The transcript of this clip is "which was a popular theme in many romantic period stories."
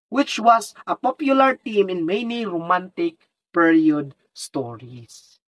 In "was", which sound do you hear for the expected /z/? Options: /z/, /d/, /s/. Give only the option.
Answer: /s/